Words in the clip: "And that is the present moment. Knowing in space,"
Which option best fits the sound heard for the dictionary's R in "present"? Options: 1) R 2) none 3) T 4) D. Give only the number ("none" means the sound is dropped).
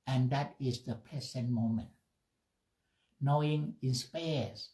2